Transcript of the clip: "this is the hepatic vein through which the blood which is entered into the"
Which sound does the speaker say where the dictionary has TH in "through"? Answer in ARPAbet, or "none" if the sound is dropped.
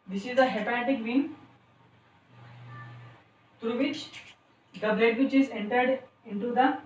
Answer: T